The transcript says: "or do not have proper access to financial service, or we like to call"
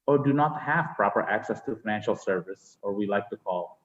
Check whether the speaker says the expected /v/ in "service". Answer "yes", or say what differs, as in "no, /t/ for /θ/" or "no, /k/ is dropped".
yes